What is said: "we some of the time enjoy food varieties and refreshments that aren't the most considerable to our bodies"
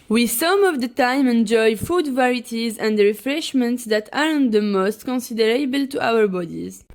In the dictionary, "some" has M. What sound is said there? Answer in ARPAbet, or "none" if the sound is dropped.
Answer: M